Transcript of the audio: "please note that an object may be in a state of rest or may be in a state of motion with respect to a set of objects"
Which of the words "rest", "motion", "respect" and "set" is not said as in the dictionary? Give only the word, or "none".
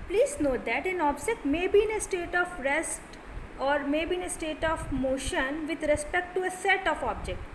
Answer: none